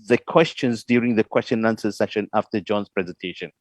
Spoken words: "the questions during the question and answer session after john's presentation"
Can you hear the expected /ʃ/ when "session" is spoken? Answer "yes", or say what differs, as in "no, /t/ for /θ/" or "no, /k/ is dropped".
yes